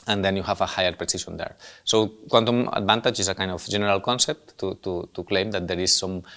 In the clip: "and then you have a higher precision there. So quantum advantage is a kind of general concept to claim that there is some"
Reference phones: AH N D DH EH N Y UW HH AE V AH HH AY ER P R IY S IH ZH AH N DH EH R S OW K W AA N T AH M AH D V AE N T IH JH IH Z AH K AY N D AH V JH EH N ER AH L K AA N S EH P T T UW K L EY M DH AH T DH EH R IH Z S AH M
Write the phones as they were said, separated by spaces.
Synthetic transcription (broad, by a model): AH N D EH N Y UW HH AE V AH HH AY ER P R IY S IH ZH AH N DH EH R S OW K W AA N T AH M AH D B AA N T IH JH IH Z AH K AY N D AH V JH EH N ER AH L K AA N S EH P T T UW K L EY M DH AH T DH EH R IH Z S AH M